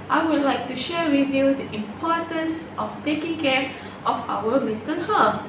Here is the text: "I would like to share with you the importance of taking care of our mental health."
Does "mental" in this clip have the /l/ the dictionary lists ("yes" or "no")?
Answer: no